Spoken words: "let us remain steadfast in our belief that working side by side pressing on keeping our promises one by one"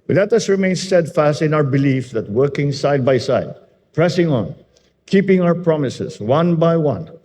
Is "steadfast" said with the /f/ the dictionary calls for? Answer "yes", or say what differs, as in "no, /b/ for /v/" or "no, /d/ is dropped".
yes